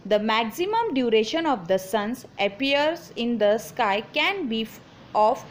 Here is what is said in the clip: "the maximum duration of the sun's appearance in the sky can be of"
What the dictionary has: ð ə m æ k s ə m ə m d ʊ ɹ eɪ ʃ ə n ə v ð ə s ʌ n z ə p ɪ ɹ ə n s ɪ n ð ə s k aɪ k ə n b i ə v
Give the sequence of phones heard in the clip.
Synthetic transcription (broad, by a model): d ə m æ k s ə m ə m d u ɹ eɪ ʃ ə n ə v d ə s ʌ n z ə p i ə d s ɪ n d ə s k aɪ k ə n b i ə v